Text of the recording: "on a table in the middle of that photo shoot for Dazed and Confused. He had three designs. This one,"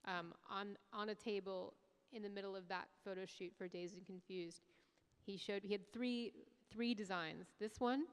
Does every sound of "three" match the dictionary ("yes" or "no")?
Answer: yes